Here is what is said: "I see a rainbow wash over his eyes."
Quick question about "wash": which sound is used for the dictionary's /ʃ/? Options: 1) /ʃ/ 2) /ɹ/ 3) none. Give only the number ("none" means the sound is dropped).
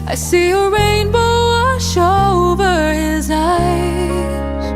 3